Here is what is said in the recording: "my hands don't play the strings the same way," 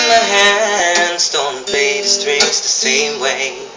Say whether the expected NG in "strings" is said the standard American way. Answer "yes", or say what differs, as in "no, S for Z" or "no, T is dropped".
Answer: no, NG is dropped